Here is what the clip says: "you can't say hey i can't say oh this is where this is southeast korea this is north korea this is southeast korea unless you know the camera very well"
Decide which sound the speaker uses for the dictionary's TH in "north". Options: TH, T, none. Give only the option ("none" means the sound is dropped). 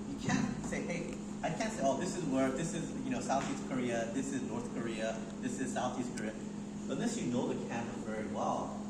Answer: TH